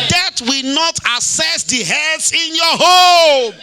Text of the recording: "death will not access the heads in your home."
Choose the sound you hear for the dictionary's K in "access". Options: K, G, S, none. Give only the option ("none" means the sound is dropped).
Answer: none